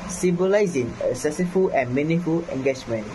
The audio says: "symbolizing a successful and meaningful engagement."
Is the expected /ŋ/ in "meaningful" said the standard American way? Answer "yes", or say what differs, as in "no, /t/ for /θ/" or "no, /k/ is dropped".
no, /ŋ/ is dropped